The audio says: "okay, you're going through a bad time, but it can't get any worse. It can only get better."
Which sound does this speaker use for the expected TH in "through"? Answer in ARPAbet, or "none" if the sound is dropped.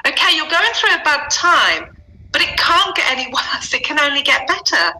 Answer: TH